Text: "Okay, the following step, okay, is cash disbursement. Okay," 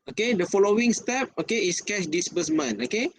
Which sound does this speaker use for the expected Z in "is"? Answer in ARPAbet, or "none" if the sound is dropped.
S